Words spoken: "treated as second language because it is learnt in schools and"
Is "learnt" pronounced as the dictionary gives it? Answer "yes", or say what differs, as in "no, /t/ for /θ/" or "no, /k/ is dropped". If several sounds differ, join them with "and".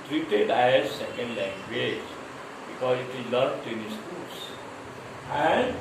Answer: no, /n/ is dropped